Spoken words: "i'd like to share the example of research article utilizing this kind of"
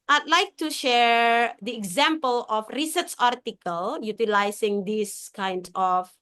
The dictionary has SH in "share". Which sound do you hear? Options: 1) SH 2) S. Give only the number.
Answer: 1